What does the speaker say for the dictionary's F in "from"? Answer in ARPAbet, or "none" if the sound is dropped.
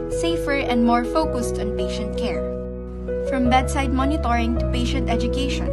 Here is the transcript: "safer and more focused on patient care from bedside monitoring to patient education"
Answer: F